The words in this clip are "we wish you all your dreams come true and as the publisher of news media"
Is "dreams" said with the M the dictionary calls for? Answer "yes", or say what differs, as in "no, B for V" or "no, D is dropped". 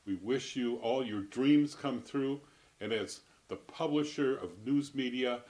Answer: yes